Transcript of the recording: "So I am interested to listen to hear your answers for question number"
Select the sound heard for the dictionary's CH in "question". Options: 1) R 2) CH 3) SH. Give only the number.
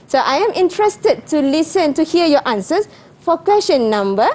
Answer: 3